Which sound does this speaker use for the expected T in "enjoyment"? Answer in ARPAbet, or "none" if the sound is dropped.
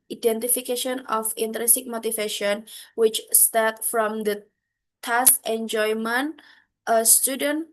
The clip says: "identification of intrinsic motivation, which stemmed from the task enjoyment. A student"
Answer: T